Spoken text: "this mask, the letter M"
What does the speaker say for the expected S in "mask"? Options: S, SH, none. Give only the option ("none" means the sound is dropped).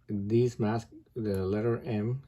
S